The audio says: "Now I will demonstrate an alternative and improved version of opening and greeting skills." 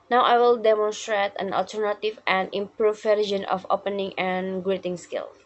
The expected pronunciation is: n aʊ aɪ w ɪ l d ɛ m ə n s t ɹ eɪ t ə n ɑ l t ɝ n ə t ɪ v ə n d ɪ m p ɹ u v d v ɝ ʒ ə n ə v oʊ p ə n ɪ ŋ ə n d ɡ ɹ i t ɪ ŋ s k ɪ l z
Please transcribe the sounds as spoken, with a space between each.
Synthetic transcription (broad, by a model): n aʊ aɪ w ɪ l d ɛ m ə n s t ɹ eɪ t ə n ɑ l t ɝ n ə t ɪ v ə n d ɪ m p ɹ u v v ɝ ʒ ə n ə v oʊ p ə n ɪ ŋ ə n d ɡ ɹ i t ɪ ŋ s k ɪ l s